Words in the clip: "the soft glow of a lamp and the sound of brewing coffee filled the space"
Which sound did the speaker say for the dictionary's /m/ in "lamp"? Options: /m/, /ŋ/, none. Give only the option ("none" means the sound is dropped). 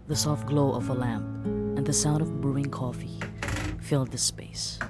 /m/